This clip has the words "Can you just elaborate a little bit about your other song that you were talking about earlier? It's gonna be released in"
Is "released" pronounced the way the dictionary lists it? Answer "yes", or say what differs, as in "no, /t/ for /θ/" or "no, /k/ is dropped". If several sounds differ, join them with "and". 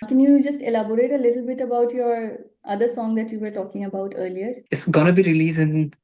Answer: no, /t/ is dropped